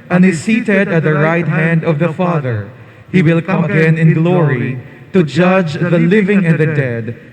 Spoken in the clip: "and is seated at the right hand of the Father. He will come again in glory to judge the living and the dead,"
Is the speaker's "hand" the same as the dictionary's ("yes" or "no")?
yes